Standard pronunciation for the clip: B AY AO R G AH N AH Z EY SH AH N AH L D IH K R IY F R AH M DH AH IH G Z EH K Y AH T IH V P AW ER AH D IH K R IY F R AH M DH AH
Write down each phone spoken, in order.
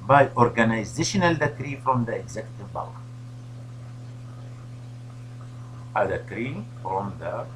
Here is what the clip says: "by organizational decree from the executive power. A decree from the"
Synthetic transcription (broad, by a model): B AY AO R G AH N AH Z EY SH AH N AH L D IH K R IY F R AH M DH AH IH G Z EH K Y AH T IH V B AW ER AH D IH K R IY F R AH M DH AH